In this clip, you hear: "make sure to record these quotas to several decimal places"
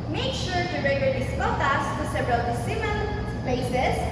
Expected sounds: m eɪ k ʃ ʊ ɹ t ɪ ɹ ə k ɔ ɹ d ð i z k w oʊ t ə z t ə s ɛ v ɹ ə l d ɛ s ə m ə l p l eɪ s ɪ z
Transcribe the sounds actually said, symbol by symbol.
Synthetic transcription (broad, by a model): m eɪ k ʃ ʊ ɹ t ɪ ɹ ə ɪ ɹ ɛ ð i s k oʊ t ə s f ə s ɛ v ɹ ə l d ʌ s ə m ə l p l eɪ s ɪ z